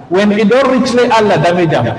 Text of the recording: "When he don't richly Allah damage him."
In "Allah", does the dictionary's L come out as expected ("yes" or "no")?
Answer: yes